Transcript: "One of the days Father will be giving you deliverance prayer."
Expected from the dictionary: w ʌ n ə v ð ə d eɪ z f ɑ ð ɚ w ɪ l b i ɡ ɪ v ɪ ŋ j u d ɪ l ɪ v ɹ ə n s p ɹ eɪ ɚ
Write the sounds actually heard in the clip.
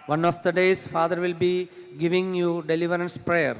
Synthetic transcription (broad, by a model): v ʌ n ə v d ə d eɪ s f ɑ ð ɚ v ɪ l b i ɡ ɪ v ɪ ŋ j u d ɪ l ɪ v ɹ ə n s p ɹ eɪ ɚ